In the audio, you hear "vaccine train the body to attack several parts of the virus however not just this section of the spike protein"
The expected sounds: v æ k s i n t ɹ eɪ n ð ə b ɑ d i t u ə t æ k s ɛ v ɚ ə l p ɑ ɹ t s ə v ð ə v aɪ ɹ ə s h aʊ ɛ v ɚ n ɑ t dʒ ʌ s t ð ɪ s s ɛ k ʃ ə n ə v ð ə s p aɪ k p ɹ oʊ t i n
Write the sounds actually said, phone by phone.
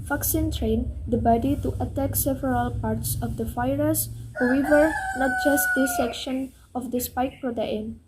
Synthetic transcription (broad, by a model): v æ k s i n t ɹ eɪ n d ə b ɑ d i t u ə t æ k s ɛ v ɚ ə l p ɑ ɹ t s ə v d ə f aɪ ɹ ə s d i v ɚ n ɑ t dʒ ʌ s t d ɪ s s ɛ k ʃ ə n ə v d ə s p aɪ k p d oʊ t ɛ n